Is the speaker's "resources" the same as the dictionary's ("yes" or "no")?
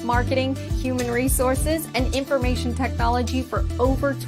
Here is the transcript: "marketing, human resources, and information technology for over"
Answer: yes